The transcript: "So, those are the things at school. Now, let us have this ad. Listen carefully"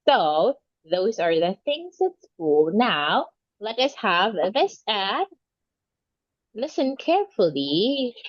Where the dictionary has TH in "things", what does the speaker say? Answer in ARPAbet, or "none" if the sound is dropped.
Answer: TH